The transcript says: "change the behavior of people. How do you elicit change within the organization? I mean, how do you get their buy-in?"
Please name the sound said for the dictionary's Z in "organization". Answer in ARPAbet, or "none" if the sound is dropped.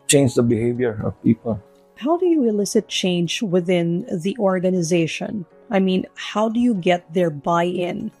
Z